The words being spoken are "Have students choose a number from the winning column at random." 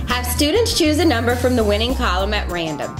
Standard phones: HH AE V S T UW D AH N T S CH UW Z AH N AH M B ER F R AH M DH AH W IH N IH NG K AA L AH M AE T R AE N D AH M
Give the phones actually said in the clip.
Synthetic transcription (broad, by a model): HH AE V S T UW D N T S CH UW Z AH N AH M B ER F R AH M DH AH W IH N IH NG K AA L AH M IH T R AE N D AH M